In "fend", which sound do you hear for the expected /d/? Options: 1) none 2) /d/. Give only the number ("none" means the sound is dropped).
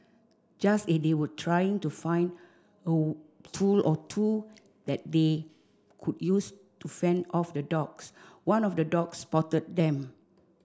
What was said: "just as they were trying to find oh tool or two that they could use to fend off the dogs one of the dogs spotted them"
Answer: 2